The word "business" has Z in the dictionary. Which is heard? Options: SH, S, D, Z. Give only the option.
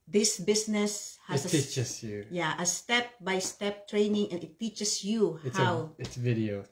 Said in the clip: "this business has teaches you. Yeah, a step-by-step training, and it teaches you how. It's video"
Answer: S